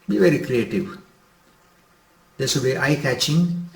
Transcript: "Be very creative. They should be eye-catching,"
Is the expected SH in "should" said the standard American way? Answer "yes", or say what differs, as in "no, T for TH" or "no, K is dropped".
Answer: no, S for SH